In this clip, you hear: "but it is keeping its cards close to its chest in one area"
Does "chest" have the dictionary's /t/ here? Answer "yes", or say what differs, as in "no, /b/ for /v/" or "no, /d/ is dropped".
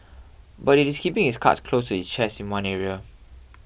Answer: no, /t/ is dropped